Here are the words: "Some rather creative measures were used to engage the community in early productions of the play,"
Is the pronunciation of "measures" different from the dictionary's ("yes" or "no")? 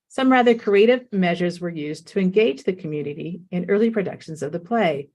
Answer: no